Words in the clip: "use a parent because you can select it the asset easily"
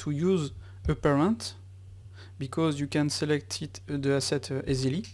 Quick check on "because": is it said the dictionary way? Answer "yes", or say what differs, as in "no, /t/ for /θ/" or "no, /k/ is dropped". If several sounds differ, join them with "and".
yes